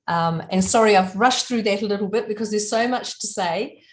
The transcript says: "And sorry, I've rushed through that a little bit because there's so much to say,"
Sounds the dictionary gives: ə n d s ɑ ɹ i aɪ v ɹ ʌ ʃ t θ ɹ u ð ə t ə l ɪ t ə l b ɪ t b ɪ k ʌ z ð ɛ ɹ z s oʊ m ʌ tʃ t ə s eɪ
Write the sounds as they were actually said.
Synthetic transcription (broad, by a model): ə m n s ɑ ɹ i aɪ v ɹ ʌ ʃ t θ ɹ u ð ə t ə l ɪ t l b ɪ t b ɪ k ʌ z ð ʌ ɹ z s oʊ m ʌ tʃ t ə s eɪ